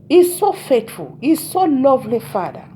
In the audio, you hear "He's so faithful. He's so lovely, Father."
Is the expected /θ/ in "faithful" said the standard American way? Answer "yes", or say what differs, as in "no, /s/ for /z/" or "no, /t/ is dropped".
no, /t/ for /θ/